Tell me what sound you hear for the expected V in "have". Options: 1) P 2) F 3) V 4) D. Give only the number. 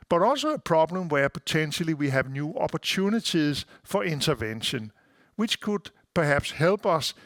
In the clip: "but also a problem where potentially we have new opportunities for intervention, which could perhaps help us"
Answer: 3